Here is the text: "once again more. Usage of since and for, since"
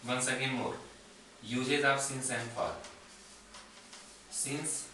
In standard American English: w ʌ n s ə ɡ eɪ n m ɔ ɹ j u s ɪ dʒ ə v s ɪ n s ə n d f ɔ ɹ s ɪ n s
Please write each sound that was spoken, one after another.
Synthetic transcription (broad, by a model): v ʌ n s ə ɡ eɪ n m ɔ ɹ j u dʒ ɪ z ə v s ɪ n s ə n d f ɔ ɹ s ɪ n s